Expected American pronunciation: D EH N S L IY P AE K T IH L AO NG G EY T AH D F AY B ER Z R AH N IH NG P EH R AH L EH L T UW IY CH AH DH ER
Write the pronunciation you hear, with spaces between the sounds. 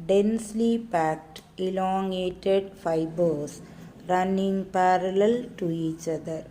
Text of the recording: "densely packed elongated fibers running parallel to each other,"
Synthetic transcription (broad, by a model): D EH N S L IY P AE K T IH L AO NG G EY T AH D F AY B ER S R AH N IH NG P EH R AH L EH L T UW IY CH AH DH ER